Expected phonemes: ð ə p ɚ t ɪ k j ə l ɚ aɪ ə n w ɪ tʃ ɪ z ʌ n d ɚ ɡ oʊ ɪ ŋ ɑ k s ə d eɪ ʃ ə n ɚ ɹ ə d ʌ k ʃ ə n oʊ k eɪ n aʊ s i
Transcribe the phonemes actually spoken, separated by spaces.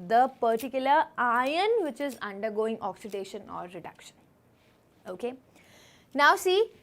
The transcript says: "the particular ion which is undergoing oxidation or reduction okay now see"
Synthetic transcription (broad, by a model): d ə p ɚ t ɪ k j ə l ɚ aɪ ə n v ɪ tʃ ɪ z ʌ n d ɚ ɡ oʊ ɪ ŋ ɑ k s ə d eɪ ʃ ə n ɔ ɹ ə d ʌ k ʃ ə n oʊ k eɪ n aʊ s i